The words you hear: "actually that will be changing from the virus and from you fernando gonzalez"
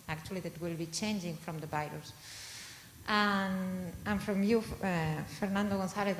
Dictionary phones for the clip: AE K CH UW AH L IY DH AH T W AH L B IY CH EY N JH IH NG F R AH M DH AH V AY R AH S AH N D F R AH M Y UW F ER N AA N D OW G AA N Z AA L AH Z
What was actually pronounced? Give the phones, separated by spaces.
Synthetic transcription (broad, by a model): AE K CH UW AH L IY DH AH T W AH L B IY CH EY N JH IH NG F R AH M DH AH B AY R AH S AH N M F R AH M Y UW F ER N AA N D OW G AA N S AA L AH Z